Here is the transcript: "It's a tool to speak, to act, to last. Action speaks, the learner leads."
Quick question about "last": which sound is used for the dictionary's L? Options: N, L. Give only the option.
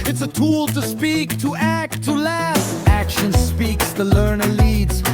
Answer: L